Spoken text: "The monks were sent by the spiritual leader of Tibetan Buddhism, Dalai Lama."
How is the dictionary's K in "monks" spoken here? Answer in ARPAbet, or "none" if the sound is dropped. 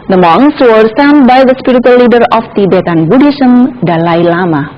none